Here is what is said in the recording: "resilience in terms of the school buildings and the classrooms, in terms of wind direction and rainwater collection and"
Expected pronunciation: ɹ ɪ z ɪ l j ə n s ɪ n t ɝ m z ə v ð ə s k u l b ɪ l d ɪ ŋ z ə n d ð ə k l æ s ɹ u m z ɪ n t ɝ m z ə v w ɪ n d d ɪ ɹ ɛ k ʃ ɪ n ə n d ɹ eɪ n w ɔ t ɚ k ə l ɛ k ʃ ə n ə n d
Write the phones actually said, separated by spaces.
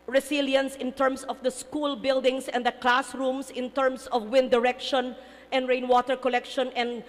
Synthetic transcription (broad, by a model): ɹ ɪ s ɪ l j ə n s ɪ n t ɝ m s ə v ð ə s k u l b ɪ l d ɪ ŋ s ə n d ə k l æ s ɹ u m s ɪ n t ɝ m s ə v w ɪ n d d ɪ ɹ ɛ k ʃ ɪ n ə n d ɹ eɪ n w ɔ t ɚ k ə l ɛ k ʃ ə n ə n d